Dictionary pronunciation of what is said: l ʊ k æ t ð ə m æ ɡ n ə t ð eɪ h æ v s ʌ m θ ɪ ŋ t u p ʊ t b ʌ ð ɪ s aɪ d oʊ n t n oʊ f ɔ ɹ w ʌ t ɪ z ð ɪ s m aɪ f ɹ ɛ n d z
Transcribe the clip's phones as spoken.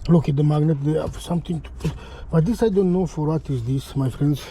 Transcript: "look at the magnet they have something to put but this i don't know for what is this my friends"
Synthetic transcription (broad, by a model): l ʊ k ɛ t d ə m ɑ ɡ n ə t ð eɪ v s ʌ m t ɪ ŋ t u b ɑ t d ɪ s aɪ d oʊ n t n oʊ f ɔ ɹ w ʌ t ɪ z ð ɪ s m aɪ f ɹ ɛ n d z